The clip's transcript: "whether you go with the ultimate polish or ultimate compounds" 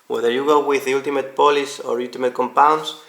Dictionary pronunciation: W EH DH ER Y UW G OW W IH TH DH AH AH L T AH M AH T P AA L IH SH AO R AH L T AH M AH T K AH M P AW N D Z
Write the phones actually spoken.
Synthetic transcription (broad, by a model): W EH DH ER Y UW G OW W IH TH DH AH L T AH M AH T P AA L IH S AO R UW L T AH M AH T K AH M P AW N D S